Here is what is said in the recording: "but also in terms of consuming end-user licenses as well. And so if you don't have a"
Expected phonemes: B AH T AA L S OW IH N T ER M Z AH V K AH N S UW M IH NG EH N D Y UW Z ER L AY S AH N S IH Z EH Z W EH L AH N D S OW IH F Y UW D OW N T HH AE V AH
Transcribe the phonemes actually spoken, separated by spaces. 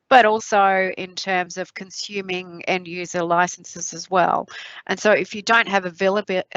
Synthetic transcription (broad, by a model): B AH T AA L S OW IH N T ER M Z AH V K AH N S UW M IH NG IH N Y UW Z ER L AY S N S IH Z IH Z W EH L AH N S OW IH F Y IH D OW N T HH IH V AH